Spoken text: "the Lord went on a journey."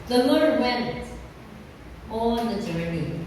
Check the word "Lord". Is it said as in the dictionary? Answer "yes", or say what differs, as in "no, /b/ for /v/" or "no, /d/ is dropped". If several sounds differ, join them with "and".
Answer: yes